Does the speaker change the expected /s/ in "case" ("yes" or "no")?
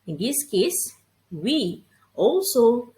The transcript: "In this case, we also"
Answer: no